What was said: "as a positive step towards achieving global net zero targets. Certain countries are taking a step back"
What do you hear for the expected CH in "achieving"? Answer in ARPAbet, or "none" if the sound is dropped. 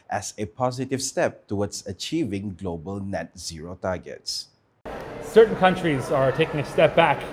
CH